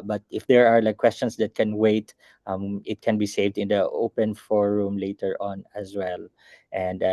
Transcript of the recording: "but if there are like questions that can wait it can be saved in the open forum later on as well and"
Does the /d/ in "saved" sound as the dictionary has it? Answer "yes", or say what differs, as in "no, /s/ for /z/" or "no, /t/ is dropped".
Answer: yes